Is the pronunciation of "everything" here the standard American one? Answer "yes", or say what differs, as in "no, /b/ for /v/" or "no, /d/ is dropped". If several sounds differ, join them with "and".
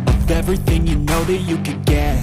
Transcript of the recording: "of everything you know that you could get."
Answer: yes